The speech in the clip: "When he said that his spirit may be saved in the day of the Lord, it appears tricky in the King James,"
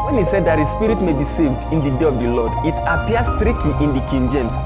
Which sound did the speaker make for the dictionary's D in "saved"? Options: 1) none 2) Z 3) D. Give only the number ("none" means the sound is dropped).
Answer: 3